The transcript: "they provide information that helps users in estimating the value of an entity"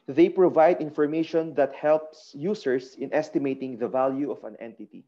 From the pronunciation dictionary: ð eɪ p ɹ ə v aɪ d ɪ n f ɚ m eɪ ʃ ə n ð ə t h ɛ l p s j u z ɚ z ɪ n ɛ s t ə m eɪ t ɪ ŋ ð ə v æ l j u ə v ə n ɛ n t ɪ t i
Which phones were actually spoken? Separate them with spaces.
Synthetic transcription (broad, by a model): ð eɪ p ɹ ə v aɪ d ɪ n f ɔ m eɪ ʃ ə n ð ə t h ɛ l p s j u s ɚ s ɪ n ɛ s t ə m eɪ t ɪ ŋ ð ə v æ l j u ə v ə n ɛ n t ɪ t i